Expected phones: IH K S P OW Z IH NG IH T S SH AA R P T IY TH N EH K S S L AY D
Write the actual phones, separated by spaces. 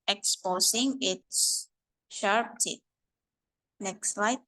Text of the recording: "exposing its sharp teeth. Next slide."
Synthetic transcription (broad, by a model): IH K S P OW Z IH NG IH T S SH AA R P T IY T N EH K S S L AY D